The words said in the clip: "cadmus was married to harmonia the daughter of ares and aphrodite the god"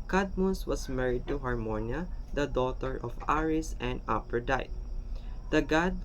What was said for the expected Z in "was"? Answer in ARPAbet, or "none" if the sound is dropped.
S